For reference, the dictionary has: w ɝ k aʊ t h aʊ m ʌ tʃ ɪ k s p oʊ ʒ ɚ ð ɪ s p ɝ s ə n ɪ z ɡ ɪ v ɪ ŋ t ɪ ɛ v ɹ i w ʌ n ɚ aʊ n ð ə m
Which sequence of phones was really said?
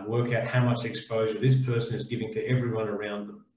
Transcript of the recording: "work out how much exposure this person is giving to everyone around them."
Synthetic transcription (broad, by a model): w ɝ k aʊ t h aʊ m ʌ tʃ ɪ k s p oʊ ʒ ɚ ð ɪ s p ɝ s ə n ɪ z ɡ ɪ v ɪ ŋ t ɪ ɛ v ɹ i w ʌ n ɚ aʊ n ð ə m